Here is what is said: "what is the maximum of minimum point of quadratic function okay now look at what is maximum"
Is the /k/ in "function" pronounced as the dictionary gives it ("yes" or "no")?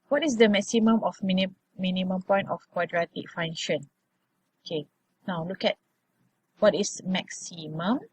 no